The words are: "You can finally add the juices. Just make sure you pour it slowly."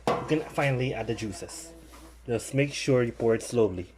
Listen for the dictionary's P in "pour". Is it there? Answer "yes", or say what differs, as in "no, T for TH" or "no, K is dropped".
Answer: yes